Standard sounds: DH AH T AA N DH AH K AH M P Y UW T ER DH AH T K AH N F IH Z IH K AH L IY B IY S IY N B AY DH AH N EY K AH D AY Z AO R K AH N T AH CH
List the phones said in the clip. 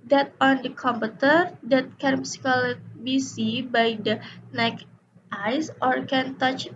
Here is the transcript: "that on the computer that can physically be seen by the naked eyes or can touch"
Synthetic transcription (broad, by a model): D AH T AA N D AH K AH M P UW T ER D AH T K AH N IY S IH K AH L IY B IY S IY B AY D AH N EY K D AY S AO R K AH N T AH CH